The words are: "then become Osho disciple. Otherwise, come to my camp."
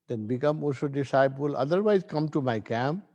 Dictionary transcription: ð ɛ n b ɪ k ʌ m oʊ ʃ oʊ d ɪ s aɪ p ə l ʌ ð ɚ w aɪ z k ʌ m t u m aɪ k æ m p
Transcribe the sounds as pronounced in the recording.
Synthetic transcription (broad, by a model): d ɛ n b ɪ k ʌ m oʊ s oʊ d ɪ s aɪ p ə l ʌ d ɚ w aɪ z k ʌ m t u m aɪ k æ m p